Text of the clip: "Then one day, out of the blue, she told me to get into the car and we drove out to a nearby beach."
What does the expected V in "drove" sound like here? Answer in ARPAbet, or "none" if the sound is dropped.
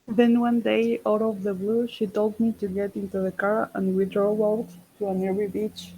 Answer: none